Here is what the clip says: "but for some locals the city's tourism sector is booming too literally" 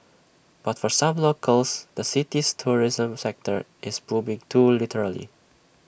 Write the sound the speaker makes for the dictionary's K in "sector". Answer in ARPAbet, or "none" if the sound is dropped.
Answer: K